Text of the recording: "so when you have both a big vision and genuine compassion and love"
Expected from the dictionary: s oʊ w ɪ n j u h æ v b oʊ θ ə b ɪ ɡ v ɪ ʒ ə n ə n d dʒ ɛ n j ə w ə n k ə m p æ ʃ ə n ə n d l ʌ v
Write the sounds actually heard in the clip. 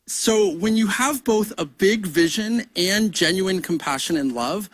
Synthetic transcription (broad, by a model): s oʊ w ɪ n j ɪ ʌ v b oʊ θ ə b ɪ ɡ v ɪ ʒ ə n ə n dʒ ɛ n j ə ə n k m p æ ʃ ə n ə n l ʌ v